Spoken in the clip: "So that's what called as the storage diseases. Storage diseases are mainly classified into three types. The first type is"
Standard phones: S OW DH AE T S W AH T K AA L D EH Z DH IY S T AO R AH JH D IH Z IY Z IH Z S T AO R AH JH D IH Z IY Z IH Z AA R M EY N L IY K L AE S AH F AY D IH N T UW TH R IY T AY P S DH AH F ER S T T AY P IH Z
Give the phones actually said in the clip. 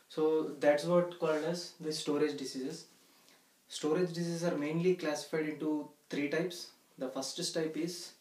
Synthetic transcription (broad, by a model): S OW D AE T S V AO T K AA L D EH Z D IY S T AO R AH JH D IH S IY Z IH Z S T AO R AH JH D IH S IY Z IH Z AA R M EY N L IY K L AE S AH F AY D IH N T UW T R IY T AY P S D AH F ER S T T AY P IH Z